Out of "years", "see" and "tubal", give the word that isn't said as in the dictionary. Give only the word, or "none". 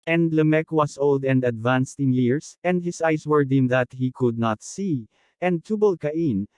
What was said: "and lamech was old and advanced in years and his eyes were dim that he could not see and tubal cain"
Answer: years